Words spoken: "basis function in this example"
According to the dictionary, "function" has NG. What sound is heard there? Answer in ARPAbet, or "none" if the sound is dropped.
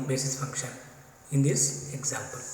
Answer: none